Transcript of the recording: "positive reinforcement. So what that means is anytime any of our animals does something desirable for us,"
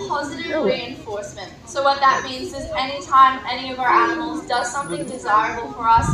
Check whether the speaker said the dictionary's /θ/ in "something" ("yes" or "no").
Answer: yes